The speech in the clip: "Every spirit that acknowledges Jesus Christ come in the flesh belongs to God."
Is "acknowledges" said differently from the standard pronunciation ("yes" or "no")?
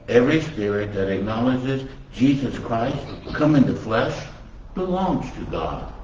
no